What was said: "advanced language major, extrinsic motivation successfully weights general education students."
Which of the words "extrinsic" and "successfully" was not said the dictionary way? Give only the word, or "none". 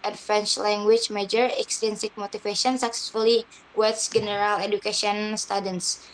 extrinsic